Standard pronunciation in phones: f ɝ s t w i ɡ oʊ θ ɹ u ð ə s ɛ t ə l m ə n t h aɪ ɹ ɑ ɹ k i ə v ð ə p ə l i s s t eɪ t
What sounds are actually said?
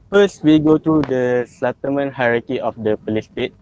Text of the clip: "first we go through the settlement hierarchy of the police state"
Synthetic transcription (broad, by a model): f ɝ s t w i ɡ oʊ t ɹ u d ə s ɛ t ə m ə n h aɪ ɹ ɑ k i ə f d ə p ə l i s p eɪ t